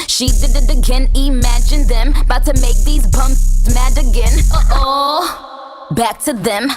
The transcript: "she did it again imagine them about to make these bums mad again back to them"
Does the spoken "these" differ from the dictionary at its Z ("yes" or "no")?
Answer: no